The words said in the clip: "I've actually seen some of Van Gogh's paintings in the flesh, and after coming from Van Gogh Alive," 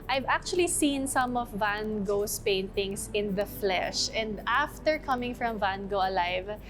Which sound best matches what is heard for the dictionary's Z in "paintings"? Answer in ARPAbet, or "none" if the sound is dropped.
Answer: S